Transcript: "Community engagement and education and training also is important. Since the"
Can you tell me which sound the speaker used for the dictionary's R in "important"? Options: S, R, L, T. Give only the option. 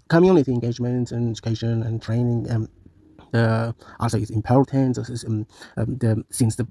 L